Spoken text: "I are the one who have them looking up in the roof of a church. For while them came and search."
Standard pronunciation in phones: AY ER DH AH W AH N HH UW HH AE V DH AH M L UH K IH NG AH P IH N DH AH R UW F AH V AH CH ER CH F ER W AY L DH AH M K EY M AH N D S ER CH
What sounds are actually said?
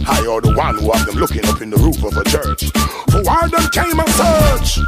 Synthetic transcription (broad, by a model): AY ER DH AH W AH N HH UW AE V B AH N L UH K IH NG AH P IH N DH AH R UW F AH V AH CH ER CH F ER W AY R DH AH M K EY M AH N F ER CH